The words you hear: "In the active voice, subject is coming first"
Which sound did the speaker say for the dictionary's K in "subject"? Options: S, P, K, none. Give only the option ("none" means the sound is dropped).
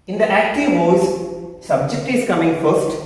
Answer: K